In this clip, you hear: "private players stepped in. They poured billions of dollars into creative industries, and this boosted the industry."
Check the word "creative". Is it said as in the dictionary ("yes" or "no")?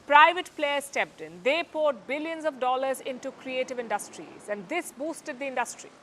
yes